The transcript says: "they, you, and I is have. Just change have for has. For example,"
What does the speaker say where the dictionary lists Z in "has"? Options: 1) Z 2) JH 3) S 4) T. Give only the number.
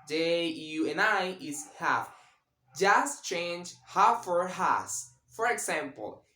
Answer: 3